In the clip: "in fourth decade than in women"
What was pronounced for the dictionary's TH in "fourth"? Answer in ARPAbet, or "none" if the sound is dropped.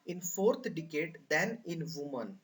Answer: T